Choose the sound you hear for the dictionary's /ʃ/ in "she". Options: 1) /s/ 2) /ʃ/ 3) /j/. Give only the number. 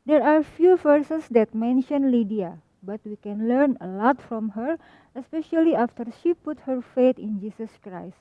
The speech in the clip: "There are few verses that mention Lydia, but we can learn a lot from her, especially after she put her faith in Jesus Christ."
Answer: 2